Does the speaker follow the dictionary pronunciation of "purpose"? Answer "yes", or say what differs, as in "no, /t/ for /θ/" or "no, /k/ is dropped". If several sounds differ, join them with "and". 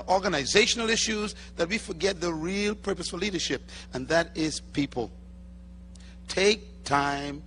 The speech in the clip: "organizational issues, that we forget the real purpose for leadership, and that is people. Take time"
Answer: yes